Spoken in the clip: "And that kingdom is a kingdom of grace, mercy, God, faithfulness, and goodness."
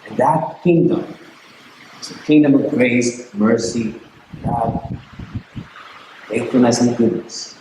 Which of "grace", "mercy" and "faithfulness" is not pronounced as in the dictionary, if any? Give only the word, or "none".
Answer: faithfulness